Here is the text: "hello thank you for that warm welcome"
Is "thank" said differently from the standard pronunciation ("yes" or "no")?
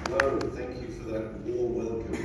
no